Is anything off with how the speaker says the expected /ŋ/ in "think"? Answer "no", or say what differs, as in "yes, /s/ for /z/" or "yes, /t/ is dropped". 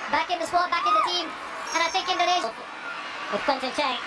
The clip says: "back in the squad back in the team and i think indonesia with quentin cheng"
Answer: yes, /ŋ/ is dropped